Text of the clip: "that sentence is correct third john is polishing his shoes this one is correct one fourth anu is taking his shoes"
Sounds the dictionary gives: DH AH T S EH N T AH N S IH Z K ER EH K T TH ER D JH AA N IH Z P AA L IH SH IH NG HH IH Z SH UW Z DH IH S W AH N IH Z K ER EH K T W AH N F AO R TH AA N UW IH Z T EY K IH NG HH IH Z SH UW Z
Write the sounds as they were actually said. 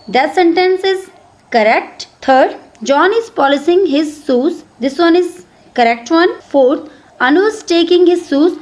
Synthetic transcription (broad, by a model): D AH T S EH N T AH N S IH Z K ER EH K T T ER D JH AA N IH Z P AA L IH S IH NG HH IH Z S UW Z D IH S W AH N IH Z K ER EH K T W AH N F AO R T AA N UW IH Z T EY K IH NG HH IH Z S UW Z